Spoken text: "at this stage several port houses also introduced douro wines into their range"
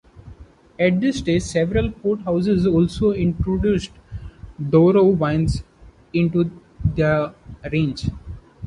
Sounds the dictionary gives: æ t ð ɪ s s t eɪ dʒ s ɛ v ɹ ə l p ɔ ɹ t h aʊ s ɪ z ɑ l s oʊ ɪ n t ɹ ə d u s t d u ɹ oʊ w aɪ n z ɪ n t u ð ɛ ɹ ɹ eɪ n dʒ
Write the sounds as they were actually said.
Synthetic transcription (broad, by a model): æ t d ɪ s s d eɪ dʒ s ɛ v ɹ ə l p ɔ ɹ t h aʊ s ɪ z ɑ l s oʊ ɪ n t ɹ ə d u s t d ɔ ɹ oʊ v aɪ n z ɪ n t u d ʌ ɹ ɹ eɪ n dʒ